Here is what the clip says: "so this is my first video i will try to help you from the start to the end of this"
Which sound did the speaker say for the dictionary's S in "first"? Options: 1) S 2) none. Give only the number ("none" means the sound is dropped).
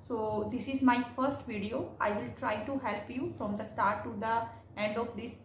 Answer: 1